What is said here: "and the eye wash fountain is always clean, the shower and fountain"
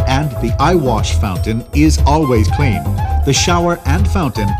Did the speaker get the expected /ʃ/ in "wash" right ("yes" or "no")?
yes